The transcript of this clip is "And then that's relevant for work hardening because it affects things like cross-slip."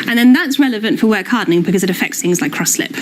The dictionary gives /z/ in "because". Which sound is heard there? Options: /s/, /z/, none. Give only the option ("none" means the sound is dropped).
/z/